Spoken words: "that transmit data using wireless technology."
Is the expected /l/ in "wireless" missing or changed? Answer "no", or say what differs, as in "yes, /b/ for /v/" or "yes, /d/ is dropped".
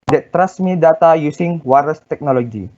yes, /l/ is dropped